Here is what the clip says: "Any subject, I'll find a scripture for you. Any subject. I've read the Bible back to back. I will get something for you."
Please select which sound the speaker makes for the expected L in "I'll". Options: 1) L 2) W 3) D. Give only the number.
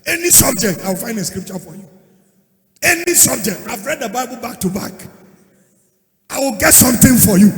2